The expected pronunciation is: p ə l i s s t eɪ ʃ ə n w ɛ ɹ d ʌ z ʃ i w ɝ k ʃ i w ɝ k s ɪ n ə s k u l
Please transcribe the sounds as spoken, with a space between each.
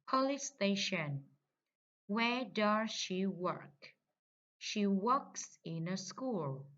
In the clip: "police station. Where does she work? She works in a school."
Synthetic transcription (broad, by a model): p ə l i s s t eɪ ʃ ə n w ɛ ɹ d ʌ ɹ ʃ i w ɝ k ʃ i w ɝ k s ɪ n ə s k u l